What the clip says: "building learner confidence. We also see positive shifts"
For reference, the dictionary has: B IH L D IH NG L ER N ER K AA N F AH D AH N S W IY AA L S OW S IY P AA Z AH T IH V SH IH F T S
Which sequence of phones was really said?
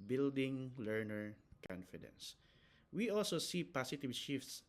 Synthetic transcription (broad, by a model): B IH L D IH NG L ER N ER K AA N F AH D AH N S W IY AA L S OW S IY P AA S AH T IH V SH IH F T S